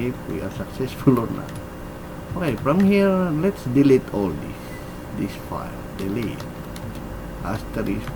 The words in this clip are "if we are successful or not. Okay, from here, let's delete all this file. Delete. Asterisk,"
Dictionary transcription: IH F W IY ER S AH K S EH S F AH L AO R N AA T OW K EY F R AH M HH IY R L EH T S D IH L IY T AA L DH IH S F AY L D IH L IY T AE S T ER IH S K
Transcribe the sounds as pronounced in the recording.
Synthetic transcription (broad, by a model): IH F W IY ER S AH K S EH S F AH L AO R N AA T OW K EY F R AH M HH IY R L EH T S D IH L IY T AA L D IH S F AY L D IH L IY T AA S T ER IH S